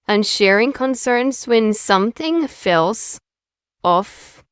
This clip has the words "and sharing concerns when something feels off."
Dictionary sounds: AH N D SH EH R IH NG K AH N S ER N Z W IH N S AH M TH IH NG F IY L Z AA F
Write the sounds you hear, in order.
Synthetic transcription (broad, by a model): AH N SH EH R IH NG K AH N S ER N Z W IH N S AH M TH IH NG F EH L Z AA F